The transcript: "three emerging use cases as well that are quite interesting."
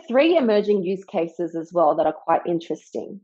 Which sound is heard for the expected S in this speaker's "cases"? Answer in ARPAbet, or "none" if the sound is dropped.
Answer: S